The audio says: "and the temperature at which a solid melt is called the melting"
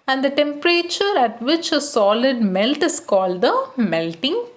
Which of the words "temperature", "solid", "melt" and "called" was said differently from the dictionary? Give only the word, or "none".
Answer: none